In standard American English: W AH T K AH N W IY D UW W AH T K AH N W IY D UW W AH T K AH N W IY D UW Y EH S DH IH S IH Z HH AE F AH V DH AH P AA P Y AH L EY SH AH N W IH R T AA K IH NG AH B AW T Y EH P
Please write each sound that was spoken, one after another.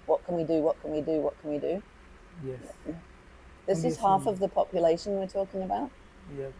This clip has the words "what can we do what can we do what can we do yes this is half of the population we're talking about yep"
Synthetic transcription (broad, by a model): W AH T K AH N W IY D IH W AH T K AH N W IY D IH W AH T K AH N W IY D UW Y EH DH IH S IH Z HH AE F AH V DH AH P AA P Y AH L EY SH AH N W IH R T AA K IH NG AH B AW T Y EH